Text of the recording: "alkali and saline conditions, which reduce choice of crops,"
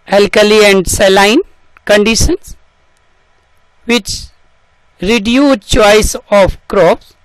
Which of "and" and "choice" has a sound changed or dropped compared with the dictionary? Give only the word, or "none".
none